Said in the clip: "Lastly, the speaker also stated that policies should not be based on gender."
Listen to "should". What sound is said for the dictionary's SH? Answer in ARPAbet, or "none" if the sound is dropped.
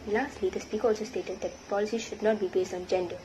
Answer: SH